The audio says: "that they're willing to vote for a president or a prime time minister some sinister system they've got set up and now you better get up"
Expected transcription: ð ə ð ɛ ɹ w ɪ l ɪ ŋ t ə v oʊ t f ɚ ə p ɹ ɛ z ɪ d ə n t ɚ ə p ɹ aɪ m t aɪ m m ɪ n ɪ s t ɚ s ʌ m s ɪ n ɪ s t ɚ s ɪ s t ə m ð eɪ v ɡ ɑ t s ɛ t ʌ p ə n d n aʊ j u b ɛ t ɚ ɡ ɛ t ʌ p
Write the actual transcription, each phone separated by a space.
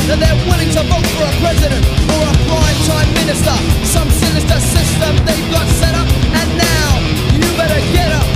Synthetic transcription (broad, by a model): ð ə ð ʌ ɹ w ɪ l ɪ ŋ t ə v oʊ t f ɚ ə p ɹ ɛ z ɪ d ə n t ɚ ə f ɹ aɪ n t aɪ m m ɪ n ɪ s t ɚ s ʌ m s ɪ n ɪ s t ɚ s ɪ s t ə m ð eɪ v ɡ ɑ t s ɛ t ʌ p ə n n aʊ j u b ɛ t ɚ ɡ ɛ t ʌ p